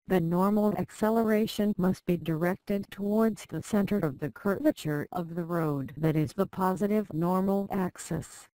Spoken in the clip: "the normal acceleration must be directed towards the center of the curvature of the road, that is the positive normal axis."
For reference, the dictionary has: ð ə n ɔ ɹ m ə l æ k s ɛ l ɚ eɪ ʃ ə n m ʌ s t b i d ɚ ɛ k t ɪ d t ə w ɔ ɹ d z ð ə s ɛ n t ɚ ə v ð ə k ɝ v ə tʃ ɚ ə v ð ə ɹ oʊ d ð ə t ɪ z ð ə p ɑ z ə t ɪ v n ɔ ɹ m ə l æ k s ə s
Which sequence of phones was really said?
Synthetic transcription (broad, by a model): ð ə n ɔ ɹ m l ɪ k s ɛ l ɚ eɪ ʃ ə n m ʌ s t b i d ɚ ɛ k t ɪ d t ə w ɔ ɹ d z ð ə s ɛ n t ɚ ə v ð ə k ɝ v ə tʃ ɚ ə v ð ə ɹ oʊ d ð ə t ɪ z ð ə p ɑ z ə t ɪ v n ɔ ɹ m l æ k s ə s